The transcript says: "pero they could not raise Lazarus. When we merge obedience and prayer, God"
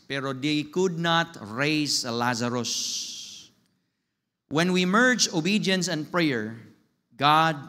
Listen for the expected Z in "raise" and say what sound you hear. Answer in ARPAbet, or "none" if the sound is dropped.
S